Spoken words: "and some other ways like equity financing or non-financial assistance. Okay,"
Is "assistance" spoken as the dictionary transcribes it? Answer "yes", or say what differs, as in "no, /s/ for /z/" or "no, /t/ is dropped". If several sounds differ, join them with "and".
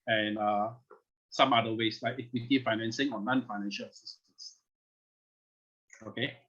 no, /n/ is dropped